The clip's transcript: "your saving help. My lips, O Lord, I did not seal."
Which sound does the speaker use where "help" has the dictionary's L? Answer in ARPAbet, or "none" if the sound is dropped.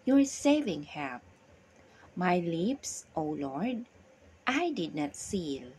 none